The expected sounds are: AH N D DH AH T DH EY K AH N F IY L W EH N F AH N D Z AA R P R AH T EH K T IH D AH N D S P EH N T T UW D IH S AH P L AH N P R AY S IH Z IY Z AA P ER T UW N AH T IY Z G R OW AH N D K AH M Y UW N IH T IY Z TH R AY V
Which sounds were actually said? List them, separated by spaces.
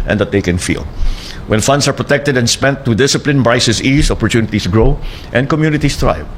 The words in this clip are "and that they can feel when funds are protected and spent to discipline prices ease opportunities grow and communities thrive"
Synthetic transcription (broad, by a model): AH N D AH T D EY K AH N F IY L W EH N F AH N D S AA R P R AH T EH K T IH D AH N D S P EH N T T UW D IH S AH P L AH N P R AY S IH S IY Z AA P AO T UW N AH T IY S G R OW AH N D K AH M Y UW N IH T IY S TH R AY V